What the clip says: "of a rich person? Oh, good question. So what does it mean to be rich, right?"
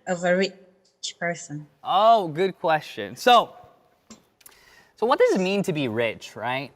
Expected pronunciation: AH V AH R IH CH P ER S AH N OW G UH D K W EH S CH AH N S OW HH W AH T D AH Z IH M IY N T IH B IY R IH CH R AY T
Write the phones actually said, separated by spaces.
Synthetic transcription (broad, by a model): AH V AH R IH CH P ER S AH N OW G UH D K W EH S CH AH N S OW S W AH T D AH Z IH M IY N T IH B IY R IH CH R AY T